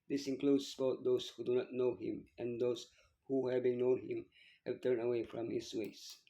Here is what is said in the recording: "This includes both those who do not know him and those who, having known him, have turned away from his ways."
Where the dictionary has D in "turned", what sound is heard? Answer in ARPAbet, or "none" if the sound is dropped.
none